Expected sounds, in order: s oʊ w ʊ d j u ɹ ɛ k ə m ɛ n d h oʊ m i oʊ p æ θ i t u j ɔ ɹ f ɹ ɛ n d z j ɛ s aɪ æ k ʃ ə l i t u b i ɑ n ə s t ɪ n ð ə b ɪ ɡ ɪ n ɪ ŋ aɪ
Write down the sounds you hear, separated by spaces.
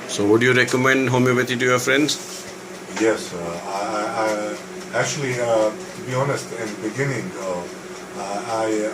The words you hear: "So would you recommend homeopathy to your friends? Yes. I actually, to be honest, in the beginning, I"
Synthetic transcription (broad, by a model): s oʊ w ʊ d j u ɹ ɛ k ə m ɛ n d h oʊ m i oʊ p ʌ t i t u j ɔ f ɹ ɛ n d s j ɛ s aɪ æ k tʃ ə l i t u b i ɑ n ə s t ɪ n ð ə b ɪ ɡ ɪ n ɪ ŋ aɪ